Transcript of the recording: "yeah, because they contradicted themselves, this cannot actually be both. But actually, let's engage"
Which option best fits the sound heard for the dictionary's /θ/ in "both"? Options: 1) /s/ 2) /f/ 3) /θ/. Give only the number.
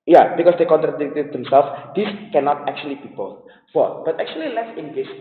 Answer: 2